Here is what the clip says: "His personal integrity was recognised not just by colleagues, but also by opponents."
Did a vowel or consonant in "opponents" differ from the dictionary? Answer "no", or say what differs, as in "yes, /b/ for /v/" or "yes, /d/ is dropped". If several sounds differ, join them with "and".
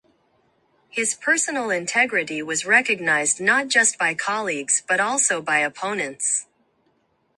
no